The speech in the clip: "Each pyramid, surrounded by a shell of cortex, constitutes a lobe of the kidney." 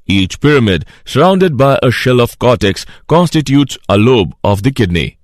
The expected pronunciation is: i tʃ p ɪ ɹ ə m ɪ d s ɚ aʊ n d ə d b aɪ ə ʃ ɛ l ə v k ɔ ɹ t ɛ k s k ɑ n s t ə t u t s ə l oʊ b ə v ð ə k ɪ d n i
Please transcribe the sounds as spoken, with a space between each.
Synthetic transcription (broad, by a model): i tʃ p ɪ ɹ ə m ɪ d s ɚ aʊ n d ə d b aɪ ə ʃ ɛ l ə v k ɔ t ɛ k s k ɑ n s t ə t u t s ə l oʊ b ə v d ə k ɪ d n i